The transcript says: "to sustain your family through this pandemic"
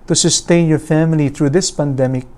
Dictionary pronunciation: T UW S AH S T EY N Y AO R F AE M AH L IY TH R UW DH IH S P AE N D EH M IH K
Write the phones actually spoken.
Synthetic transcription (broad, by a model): T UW S AH S T EY N Y AO R F AE M AH L IY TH R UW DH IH S P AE N D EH M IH K